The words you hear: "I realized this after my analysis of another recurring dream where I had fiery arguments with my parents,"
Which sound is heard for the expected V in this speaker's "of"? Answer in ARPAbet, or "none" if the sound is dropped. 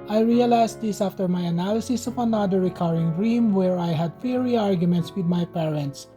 P